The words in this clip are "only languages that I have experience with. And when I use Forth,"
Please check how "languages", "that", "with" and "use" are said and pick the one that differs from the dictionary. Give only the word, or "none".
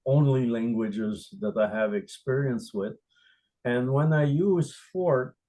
none